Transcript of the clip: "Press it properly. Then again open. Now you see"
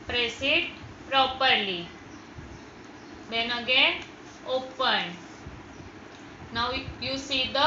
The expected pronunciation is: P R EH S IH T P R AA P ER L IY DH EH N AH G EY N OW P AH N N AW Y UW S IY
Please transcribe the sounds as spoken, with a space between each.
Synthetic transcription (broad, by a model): P R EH S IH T P R AA P ER L IY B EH N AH G EY OW P AH N N AW Y UW S IY